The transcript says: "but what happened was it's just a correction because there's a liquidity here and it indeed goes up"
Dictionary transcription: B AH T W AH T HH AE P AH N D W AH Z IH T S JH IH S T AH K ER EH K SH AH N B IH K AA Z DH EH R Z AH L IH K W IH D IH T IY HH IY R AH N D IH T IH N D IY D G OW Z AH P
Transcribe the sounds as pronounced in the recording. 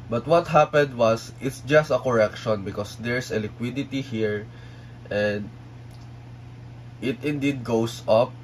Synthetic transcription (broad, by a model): B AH T W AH T HH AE P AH N D W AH S IH T S JH IH S T AH K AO EH K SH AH N B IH K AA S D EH R S AH L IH K W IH D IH T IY HH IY R AH N D IH T IH N D IY D G OW S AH P